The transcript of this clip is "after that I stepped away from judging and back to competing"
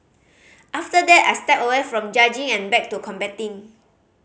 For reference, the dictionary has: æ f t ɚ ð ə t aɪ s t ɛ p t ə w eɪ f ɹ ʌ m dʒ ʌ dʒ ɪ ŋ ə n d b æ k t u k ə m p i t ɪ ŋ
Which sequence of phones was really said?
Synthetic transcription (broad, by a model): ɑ f t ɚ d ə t aɪ s t ɛ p ə w eɪ f ɹ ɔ m dʒ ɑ dʒ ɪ ŋ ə n b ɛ k t u k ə m b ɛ t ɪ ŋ